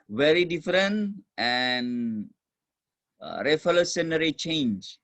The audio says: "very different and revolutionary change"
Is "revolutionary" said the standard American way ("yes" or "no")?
no